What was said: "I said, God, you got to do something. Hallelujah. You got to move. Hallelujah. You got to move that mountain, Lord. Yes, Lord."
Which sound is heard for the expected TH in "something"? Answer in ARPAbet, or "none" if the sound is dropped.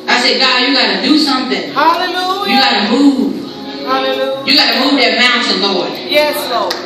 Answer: TH